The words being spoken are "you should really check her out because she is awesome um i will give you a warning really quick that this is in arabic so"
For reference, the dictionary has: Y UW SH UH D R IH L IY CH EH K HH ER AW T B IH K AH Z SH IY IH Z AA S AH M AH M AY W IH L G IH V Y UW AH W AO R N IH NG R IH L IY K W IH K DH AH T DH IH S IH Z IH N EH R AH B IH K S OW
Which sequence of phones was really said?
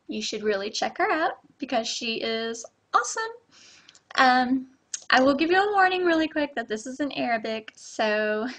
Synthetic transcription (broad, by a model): Y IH SH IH D R IH L IY CH EH K HH ER AW T B IH K AH Z SH IY IH Z AA S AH M AH M AY W IH L G IH V Y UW AH W AO R N IH NG R IH L IY K W IH K DH AH T DH IH S IH Z IH N EH R AH B IH K S OW